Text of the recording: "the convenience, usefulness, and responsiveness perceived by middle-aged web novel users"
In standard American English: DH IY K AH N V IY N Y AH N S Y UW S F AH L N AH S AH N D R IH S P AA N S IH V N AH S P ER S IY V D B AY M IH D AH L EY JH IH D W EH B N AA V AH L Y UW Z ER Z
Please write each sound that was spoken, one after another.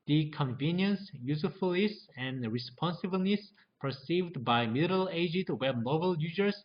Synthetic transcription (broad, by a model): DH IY K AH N V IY N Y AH N S Y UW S F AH L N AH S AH N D R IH S P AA N S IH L N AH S P ER S IY V D B AY M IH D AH L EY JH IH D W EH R N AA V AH L Y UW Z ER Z